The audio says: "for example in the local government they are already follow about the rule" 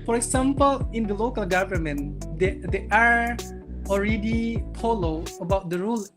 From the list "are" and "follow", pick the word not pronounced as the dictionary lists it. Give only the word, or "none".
follow